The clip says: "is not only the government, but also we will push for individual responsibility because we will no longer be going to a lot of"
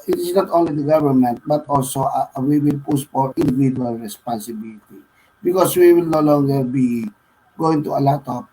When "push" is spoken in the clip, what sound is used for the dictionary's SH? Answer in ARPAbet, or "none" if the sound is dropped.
S